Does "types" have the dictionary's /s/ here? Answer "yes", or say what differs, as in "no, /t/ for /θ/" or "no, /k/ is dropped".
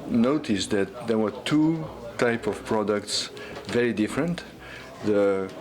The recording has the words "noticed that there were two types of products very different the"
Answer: no, /s/ is dropped